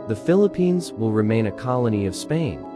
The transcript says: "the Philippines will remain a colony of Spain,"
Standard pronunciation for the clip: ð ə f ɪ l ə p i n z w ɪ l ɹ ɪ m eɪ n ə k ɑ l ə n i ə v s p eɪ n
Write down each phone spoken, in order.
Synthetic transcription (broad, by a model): ð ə f ɪ l ə p i n z w ɪ l ɹ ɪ m eɪ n ə k ɑ l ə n i ə v s p eɪ n